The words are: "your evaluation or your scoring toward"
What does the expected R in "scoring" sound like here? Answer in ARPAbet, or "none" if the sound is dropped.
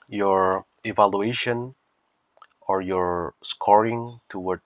R